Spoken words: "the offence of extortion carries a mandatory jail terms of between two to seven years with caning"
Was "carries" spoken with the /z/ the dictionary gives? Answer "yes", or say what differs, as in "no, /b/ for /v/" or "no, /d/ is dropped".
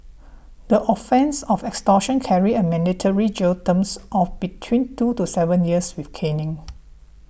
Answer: no, /z/ is dropped